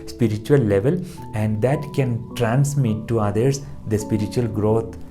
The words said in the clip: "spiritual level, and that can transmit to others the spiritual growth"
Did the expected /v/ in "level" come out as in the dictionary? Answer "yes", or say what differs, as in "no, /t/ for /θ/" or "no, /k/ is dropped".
yes